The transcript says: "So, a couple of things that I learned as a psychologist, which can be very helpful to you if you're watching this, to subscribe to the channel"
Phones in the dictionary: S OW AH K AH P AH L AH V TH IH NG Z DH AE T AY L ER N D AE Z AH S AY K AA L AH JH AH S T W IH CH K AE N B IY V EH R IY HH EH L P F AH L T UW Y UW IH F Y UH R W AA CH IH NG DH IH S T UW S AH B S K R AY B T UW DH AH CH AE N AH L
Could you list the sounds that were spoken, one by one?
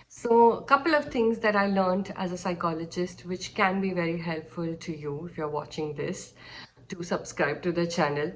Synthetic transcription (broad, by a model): S OW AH K AH P AH L AH V T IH NG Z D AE T AY L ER N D AE Z AH S AY K AA L AH JH AH S T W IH CH K AE N B IY V EH R IY HH EH L P F AH L T UW Y UW IH F Y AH R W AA CH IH NG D IH S T UW S AH B S K R AY B T UW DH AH CH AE N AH L